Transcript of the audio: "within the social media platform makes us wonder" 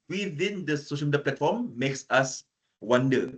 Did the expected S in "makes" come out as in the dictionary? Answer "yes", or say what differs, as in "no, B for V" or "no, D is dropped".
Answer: yes